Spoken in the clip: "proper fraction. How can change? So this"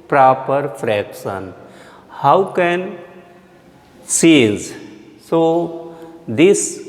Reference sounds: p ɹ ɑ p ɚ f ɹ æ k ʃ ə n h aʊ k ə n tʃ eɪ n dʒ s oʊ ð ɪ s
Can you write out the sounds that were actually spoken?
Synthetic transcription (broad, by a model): p ɹ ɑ p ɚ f ɹ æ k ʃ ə n h aʊ k ə n s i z s oʊ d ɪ s